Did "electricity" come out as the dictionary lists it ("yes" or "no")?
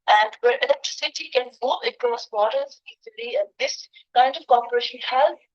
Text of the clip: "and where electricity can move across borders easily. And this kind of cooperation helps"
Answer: yes